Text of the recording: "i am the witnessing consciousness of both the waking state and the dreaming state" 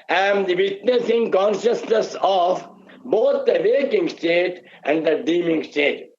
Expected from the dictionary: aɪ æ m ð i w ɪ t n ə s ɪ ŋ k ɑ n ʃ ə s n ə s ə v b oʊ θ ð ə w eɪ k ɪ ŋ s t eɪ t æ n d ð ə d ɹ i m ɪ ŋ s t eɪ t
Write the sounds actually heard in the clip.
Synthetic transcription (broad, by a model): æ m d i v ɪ t n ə s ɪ ŋ k ɑ n ʃ ə s n ə s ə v b oʊ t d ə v eɪ k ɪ ŋ s t eɪ t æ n d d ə d i m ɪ ŋ s t eɪ t